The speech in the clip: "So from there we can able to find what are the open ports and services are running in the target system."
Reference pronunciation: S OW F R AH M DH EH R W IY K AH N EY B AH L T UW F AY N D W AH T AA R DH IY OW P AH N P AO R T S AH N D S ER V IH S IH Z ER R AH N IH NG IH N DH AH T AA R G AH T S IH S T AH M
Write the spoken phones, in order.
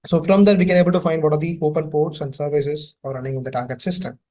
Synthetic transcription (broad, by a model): S OW F R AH M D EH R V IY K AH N EY B AH L T UW F AY N D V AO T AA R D IY OW P AH N P AO R T S AH N D S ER V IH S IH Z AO R AH N IH NG IH N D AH T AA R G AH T S IH S T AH M